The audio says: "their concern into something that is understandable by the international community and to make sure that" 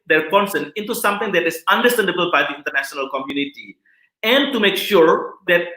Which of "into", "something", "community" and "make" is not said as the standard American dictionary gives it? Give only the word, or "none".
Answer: something